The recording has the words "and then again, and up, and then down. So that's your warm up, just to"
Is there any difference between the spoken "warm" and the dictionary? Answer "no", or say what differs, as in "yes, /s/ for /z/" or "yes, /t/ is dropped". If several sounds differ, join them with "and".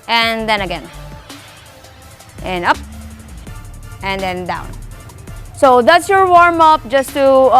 no